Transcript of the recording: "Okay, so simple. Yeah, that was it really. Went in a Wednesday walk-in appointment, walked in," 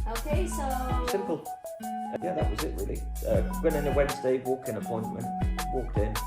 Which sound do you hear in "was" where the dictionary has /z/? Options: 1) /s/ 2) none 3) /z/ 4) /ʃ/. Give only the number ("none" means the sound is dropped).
3